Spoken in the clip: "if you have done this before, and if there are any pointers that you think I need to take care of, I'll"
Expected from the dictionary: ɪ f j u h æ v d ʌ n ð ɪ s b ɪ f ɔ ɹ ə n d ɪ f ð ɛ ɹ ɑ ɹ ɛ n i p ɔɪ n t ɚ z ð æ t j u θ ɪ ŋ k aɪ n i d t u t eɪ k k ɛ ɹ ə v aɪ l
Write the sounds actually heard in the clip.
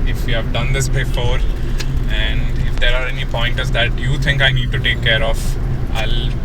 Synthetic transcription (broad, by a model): ɪ f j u h æ v d ʌ n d ɪ s b ɪ f ɔ ɹ ə n d ɪ f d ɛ ɹ ɑ ɹ ɛ n i p ɔɪ n t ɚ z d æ t j u t ɪ ŋ k aɪ n i d t u t eɪ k k ɛ ɹ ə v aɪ l